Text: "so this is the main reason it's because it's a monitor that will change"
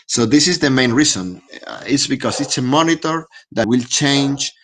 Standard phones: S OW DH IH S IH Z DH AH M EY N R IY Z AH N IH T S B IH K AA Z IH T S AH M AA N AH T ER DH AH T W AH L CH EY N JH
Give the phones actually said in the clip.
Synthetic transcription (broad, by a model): S OW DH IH S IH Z DH AH M EY N R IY S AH N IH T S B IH K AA S IH T S AH M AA N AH T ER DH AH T W AH L CH EY N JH